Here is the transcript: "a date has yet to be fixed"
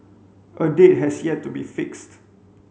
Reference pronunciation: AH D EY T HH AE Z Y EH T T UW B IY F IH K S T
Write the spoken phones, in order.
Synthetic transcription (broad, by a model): AH D EY T HH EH S Y EH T T UW B IY F IH K S T